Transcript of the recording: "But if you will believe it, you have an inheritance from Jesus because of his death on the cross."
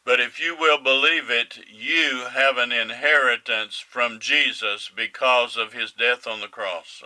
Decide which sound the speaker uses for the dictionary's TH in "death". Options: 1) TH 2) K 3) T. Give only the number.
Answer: 1